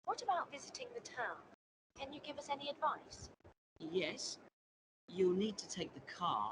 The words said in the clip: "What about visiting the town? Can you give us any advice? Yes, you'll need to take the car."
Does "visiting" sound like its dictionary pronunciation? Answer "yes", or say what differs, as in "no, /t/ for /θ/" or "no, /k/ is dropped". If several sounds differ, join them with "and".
yes